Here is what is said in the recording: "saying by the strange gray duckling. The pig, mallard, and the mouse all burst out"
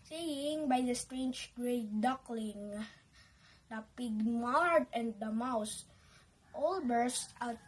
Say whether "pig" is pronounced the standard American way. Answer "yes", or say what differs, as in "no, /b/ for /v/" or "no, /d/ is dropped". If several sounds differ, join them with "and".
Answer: yes